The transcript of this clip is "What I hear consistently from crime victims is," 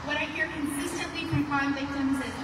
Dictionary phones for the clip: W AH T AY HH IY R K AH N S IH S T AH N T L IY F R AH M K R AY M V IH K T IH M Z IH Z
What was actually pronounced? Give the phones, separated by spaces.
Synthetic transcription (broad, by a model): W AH T AY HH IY R K AH N S IH S T AH N T L IY P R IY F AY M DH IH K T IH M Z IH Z